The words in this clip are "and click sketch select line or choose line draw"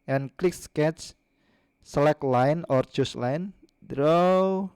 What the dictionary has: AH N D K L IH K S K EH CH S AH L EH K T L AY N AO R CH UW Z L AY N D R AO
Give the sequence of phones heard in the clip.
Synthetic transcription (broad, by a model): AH N K L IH K S K EH CH S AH L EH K L AY N AO R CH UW S L AY N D R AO